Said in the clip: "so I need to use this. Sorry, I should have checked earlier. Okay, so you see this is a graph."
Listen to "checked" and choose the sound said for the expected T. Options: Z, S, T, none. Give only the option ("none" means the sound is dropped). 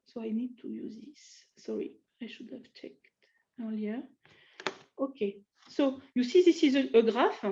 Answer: T